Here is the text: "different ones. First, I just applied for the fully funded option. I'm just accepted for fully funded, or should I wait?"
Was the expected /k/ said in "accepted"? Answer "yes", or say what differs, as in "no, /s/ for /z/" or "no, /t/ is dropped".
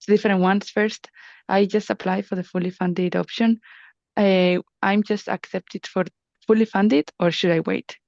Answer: yes